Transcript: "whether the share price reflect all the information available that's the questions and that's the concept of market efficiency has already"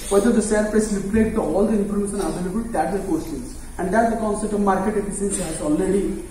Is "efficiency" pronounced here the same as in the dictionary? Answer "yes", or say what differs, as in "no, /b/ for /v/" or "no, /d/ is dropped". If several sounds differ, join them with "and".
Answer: no, /s/ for /ʃ/